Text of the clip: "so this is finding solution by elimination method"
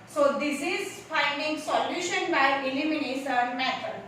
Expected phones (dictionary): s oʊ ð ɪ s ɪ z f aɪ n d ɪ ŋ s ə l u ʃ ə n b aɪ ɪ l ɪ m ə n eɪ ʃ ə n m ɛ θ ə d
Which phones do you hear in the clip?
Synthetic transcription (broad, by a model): s oʊ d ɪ s ɪ z f aɪ n d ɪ ŋ s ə l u ʃ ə n b aɪ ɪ l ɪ m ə n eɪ s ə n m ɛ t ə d